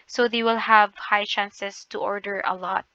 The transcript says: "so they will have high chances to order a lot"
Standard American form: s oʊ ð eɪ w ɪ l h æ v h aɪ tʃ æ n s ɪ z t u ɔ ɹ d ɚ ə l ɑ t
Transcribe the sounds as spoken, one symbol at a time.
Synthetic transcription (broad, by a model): s oʊ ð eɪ w ɪ l h æ v h aɪ tʃ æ n s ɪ s t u ɔ ɹ d ɚ ə l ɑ t